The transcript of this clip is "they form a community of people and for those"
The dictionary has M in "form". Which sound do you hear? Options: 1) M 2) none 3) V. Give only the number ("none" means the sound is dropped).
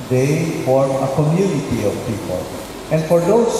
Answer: 2